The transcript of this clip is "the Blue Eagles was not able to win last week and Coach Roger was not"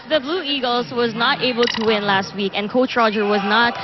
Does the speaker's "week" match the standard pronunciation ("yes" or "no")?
yes